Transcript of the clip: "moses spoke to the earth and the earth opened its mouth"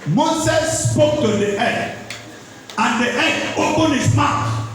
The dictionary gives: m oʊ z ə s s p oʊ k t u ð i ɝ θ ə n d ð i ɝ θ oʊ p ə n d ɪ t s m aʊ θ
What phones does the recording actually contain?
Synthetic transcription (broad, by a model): m oʊ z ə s s p oʊ k t u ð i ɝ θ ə n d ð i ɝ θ oʊ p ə n ɪ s m aʊ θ